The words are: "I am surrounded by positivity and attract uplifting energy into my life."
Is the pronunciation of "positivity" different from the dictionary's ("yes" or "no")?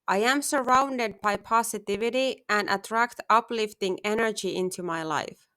yes